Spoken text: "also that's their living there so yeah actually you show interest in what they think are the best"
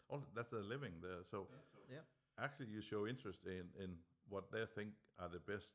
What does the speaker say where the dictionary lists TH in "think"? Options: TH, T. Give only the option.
TH